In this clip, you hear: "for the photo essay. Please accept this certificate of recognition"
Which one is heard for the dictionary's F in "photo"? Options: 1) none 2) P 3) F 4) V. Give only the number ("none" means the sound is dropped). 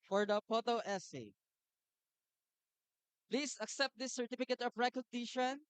2